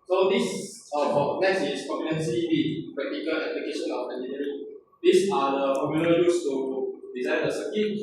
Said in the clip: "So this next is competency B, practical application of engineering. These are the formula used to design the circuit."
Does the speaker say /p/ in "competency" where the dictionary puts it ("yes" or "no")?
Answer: no